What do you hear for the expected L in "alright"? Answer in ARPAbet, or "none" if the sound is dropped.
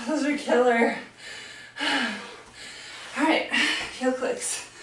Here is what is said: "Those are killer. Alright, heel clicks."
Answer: none